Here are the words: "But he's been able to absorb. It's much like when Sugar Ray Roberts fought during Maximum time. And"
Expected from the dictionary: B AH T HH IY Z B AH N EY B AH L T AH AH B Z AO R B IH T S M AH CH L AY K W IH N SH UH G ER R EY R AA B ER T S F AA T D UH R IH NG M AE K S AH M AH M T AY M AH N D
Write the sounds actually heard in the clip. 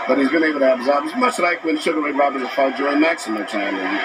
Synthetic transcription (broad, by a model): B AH T HH IY Z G AH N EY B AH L T AH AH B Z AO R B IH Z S M AH CH L AY K W IH N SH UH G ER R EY R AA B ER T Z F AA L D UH R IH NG M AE K S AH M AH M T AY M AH